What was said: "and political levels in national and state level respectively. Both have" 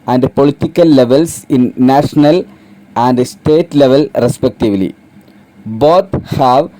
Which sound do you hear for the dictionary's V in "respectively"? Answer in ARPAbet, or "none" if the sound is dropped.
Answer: V